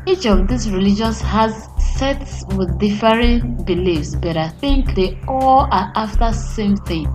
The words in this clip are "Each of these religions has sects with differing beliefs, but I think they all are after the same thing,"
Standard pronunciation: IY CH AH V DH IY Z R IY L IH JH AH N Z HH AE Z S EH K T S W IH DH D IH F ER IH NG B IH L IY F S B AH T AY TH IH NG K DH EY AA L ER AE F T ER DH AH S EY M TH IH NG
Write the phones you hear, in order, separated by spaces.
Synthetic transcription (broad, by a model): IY CH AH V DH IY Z R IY L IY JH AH N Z HH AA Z S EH T S W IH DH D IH F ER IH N B IH L IY F S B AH T AY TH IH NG K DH EY AA L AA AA F T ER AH S EY M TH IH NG